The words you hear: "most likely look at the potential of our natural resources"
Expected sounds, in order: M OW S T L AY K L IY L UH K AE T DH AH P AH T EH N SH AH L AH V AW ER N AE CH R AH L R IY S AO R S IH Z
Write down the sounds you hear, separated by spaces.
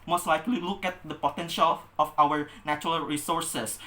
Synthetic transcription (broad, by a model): M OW S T L AY K L IY L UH K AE T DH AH P AH T EH N SH AH L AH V AW ER N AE CH R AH L R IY S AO R S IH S